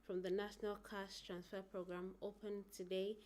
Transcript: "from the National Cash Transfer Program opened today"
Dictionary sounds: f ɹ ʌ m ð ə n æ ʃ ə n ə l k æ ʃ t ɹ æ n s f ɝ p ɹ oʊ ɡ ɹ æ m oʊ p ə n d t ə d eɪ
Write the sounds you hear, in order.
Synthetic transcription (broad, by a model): f ɹ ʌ m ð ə n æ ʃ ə n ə l k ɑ s t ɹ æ n s f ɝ p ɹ oʊ ɡ ɹ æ m oʊ p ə n t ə d eɪ